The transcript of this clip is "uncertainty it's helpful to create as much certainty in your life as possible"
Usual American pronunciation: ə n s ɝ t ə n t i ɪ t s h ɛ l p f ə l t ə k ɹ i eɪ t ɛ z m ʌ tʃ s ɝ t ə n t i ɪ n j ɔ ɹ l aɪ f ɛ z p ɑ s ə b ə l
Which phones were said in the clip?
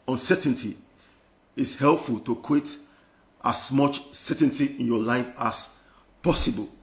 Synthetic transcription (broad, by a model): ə n s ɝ t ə n t i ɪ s h ɛ l p f ə l t ə k w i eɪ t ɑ s m ʌ tʃ s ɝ t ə n t i ɪ n j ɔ l aɪ f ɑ s p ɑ s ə b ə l